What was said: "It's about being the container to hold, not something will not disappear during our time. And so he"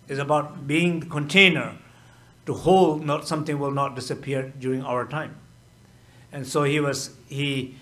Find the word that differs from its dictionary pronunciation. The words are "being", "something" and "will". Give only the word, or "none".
something